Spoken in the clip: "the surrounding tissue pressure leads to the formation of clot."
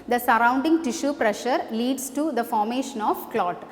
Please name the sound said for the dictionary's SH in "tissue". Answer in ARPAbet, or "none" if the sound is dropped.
SH